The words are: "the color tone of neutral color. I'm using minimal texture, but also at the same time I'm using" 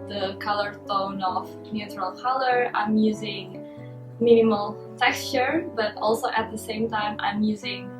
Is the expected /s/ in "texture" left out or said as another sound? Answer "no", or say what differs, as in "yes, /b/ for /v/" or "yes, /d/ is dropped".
no